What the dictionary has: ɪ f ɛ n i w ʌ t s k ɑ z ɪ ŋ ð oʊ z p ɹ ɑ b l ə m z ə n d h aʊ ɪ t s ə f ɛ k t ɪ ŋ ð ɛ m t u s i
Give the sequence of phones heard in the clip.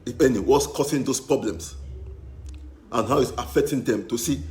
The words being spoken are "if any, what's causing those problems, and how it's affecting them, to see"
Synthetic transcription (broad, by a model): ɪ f ɛ n i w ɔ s k ɑ s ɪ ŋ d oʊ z p ɹ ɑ b l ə m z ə n h aʊ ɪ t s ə f ɛ k t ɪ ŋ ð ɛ m t u s i